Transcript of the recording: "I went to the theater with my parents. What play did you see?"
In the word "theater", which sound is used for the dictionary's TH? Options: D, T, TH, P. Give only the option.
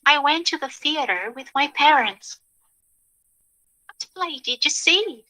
TH